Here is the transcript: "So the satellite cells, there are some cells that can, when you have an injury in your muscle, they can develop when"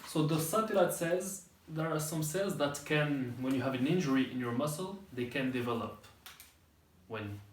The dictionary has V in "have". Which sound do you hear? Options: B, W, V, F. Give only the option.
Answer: V